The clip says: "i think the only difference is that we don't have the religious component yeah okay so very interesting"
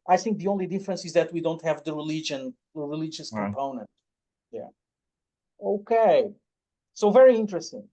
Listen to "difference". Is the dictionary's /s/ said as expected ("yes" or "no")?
yes